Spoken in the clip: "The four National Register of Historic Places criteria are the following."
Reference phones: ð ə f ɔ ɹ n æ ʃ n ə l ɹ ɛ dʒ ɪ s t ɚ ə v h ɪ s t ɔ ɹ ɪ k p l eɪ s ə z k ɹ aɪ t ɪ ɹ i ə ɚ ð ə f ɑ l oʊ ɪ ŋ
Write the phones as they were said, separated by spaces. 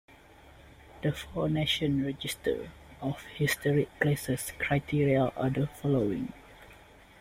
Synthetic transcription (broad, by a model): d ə f ɔ n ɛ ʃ ə n ɹ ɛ dʒ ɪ s t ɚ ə f h ɪ s t ɔ ɹ ɪ k l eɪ s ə s k ɹ aɪ t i ɹ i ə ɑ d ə f ɑ l oʊ ɪ ŋ